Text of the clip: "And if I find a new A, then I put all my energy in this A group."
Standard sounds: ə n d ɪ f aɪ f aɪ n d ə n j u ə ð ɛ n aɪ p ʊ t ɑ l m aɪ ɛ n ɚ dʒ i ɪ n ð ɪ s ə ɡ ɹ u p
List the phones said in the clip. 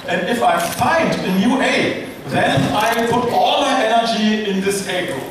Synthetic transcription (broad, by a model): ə n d ɪ f aɪ f aɪ n d ə n j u ə ð ɛ n aɪ p ʊ t ɑ l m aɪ ɛ n ɚ dʒ i ɪ n ð ɪ s ə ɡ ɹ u